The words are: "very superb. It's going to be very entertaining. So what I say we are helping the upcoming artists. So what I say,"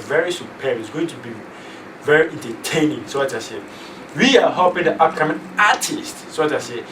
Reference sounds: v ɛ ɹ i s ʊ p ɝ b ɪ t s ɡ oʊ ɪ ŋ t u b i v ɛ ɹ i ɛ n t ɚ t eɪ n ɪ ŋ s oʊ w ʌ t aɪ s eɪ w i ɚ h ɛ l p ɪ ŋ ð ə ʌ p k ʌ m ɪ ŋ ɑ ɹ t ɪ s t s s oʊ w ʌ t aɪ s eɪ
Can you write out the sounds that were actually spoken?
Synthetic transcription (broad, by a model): v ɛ ɹ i s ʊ p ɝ ɪ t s ɡ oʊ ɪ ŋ t u b i v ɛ ɹ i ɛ n t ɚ t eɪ n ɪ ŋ s oʊ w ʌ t aɪ s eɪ w i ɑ h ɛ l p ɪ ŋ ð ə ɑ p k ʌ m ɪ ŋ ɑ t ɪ s t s s oʊ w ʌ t aɪ s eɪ